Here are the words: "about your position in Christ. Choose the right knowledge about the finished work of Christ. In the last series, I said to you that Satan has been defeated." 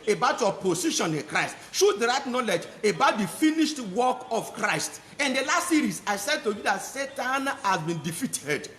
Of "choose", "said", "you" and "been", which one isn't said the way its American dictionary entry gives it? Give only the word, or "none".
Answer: choose